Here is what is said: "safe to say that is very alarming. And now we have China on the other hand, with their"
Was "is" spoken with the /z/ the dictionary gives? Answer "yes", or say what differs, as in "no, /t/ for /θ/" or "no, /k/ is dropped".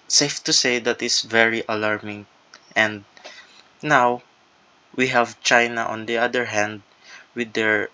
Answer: no, /s/ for /z/